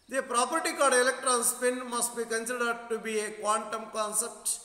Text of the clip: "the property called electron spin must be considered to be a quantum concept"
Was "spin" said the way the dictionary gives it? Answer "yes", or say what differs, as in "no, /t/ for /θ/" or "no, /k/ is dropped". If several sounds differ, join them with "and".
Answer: yes